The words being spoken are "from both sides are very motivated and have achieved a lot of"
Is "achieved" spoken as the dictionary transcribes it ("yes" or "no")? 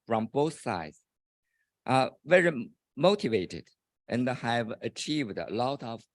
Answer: yes